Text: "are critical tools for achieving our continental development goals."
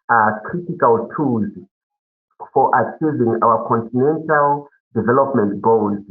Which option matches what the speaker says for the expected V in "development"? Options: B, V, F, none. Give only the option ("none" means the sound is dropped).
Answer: V